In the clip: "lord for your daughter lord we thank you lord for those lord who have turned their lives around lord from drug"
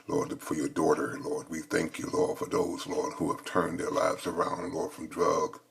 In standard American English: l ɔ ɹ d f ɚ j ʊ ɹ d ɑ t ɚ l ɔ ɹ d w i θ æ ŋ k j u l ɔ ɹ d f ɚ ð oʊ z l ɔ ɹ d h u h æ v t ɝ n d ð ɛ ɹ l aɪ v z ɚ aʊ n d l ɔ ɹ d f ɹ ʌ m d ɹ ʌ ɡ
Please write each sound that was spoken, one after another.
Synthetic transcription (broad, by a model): l ɔ ɹ d f ɚ j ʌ ɹ d ɑ t ɚ l ɔ ɹ d w i θ æ ŋ k j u l ɔ ɹ d f ɚ ð oʊ z l ɔ ɹ d h u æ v t ɝ n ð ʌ ɹ l aɪ v z ɚ aʊ n d l ɔ ɹ d f ɹ ʌ m d ɹ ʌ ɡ